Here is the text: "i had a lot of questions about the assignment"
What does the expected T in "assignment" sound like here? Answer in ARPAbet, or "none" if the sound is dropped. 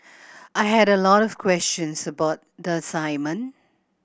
none